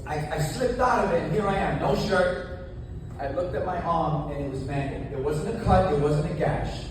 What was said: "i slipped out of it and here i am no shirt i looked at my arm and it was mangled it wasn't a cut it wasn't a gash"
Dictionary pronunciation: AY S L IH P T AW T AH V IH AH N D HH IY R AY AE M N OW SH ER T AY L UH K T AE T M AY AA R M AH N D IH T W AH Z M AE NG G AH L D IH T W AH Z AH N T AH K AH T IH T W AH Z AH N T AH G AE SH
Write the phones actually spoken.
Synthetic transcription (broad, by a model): AY S L IH P T AW T AH V IH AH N HH IY R AY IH M N OW SH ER T AY L UH K T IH T M AY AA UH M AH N IH T W AH Z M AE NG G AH D IH T W AH Z AH N T AH K AH T IH T W AH Z AH N T AH G AE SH